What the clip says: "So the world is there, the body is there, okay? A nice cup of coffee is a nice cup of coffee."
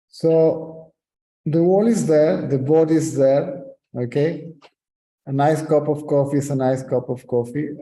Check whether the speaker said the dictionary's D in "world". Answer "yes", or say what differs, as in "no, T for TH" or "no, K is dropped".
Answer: no, D is dropped